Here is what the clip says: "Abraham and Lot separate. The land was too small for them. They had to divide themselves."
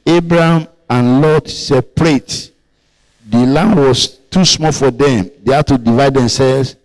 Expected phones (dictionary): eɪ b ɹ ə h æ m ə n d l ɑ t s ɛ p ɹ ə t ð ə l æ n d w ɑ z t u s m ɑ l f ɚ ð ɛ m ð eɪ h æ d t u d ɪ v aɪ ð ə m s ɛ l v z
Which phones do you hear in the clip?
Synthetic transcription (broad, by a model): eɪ b ɹ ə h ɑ m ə n l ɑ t s ɛ p ɹ ə t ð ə l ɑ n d w ɑ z t u s m ɑ l f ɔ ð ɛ m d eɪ h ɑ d t u d ɪ v aɪ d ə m s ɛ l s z